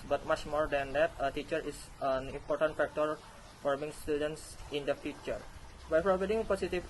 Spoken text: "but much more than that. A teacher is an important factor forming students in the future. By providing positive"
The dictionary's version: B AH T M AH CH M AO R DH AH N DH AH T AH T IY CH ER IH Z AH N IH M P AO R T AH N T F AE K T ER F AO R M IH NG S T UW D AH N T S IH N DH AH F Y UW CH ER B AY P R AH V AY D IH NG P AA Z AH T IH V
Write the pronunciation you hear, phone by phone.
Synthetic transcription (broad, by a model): B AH T M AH CH M AO R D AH N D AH T AH T IY CH ER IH S AH N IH M P AO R T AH N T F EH K T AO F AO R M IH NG S T UW D AH N T S IH N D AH F Y UW CH ER B AY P R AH B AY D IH NG P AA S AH T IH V